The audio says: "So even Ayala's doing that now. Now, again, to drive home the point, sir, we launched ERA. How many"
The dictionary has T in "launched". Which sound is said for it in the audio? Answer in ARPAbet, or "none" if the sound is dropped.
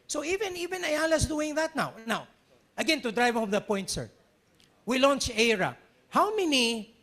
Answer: none